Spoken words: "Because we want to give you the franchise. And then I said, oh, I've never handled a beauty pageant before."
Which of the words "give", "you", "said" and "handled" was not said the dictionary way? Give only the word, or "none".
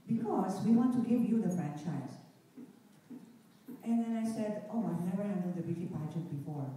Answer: handled